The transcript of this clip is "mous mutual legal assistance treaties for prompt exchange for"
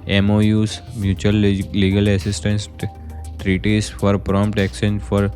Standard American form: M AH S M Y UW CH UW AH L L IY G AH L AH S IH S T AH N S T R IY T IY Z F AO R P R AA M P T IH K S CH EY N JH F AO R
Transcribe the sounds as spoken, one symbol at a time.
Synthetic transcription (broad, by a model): M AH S M Y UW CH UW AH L L IY G AH L AH S IH S T AH N S T R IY T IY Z F AO R P R AA M P T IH K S EY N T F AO R